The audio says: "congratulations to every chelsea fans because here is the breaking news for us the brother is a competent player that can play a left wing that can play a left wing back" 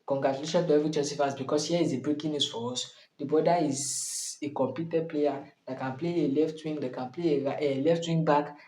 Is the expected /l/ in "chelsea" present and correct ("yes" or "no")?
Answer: no